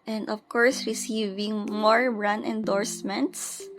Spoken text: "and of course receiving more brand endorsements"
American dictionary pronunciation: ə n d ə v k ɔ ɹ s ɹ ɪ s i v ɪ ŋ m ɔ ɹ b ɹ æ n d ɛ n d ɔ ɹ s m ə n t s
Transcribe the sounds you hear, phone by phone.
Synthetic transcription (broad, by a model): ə n d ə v k ɔ ɹ s ɹ ɪ s i v ɪ ŋ m ɔ ɹ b ɹ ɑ n ɛ n d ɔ ɹ s m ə n t s